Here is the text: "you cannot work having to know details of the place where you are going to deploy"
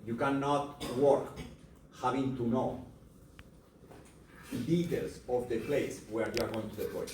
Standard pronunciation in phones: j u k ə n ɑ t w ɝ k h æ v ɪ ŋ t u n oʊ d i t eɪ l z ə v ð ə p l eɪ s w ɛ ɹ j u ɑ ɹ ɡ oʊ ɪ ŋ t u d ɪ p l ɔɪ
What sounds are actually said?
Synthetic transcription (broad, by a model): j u k ə n ɑ t w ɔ k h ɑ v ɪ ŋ t u n oʊ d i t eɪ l s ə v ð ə p l eɪ s w ɛ ɹ j u ɑ ɹ ɡ oʊ ɪ ŋ t u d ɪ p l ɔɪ